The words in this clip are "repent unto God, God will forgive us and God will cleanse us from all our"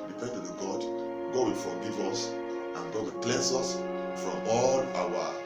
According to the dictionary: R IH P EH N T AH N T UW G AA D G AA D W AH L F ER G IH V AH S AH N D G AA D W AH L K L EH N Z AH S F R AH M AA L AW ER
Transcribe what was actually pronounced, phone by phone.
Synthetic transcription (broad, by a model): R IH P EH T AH T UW G AA D G AA D W AH L F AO G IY V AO S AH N G AA D W AH L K L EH N S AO S F R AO M AA L AW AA